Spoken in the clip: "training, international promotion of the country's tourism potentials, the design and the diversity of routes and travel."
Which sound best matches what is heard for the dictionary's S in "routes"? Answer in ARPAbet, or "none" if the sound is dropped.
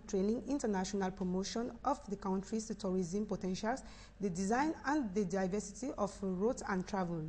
none